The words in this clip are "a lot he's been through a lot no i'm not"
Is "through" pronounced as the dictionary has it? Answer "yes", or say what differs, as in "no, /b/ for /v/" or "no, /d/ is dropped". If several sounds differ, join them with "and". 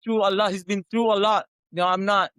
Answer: no, /t/ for /θ/